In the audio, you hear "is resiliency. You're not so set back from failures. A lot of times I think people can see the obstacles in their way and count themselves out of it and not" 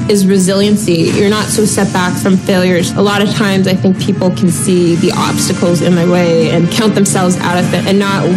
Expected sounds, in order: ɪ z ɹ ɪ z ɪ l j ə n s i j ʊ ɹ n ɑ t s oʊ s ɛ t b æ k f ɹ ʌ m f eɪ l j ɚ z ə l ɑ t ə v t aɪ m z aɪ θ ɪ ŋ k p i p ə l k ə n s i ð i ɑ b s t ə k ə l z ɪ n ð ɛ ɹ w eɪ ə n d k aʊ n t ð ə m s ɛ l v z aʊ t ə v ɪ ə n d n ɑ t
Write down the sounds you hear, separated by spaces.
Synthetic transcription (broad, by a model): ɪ z ɹ ɪ z ɪ l j ə n s i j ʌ ɹ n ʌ t s oʊ s ɛ t b æ k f ɹ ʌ m f eɪ l j ɚ z ə l ɑ t ə v t aɪ m z aɪ θ ɪ ŋ k p i p l k n s i ð i ɑ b s t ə k l z ɪ n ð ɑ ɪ w eɪ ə n k aʊ n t ð ə m s ɛ l v z aʊ t ə v ɪ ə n n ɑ t